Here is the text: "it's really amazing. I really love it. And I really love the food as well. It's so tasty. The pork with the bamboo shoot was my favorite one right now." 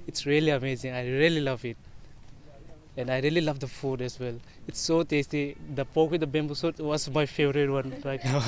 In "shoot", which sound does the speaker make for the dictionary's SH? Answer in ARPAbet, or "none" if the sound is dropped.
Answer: S